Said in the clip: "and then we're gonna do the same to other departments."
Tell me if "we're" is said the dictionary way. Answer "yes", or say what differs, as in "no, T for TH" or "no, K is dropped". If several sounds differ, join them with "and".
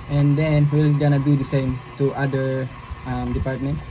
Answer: no, L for R